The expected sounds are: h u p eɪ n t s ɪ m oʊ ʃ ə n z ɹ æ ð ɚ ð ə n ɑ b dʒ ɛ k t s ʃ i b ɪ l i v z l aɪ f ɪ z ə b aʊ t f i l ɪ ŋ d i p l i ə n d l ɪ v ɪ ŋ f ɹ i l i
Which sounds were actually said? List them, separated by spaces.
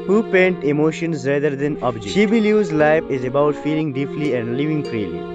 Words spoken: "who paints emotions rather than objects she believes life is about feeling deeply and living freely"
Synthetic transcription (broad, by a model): h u p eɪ n t ɪ m oʊ ʃ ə n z ɹ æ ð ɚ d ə n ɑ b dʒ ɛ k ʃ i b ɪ l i z l aɪ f ɪ z ə b aʊ t f i l ɪ ŋ d i p l i ə n d l ɪ v ɪ ŋ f ɹ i l i